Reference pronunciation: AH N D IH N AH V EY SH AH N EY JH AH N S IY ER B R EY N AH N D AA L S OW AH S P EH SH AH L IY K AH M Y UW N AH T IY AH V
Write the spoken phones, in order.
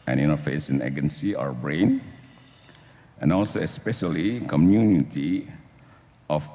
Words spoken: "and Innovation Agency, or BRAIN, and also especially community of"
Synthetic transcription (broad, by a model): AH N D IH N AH F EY S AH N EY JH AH N S IY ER B R EY N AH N AA L S OW AH S P EH SH AH L IY K AH M Y UW N AH T IY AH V